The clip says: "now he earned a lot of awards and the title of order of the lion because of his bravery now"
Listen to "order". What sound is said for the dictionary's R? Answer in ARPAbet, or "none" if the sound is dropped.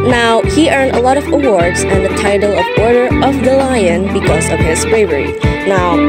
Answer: R